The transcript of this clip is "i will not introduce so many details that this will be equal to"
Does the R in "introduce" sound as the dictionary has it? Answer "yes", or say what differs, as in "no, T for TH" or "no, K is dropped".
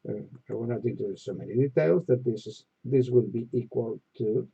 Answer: no, R is dropped